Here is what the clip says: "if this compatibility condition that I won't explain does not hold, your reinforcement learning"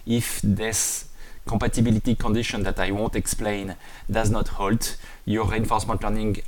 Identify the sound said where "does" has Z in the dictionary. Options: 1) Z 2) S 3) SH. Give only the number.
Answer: 1